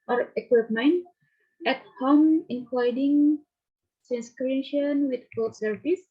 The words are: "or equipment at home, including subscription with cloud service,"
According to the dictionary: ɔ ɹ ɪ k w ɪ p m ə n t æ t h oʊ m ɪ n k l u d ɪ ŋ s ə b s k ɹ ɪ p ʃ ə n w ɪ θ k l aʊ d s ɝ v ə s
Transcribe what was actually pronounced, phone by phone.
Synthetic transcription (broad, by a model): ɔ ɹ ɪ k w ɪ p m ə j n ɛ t h oʊ m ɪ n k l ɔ d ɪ ŋ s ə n s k ɹ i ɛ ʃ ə n w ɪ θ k ɔ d s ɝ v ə s